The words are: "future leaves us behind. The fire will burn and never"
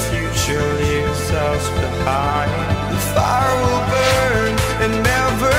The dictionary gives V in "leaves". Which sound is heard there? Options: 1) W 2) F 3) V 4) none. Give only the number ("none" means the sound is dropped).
4